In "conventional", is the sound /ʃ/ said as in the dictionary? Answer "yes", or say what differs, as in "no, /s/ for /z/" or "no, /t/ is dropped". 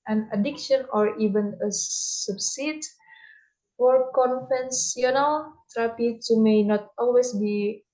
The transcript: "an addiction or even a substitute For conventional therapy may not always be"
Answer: no, /s/ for /ʃ/